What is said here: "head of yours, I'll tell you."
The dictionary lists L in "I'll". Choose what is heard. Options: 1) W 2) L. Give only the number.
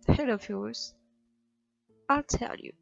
2